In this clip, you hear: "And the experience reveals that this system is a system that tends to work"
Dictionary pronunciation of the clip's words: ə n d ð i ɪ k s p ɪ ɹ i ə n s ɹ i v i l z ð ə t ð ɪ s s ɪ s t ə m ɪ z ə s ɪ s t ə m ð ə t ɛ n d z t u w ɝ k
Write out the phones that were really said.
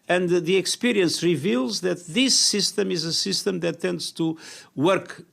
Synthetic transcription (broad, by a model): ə n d ð i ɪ k s p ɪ ɹ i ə n s ɹ i v i l z ð ə t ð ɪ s s ɪ s t ə m ɪ z ə s ɪ s t ə m ð ə t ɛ n d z t u w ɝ k